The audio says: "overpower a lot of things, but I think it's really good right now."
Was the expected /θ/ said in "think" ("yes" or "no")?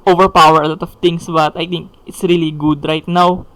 no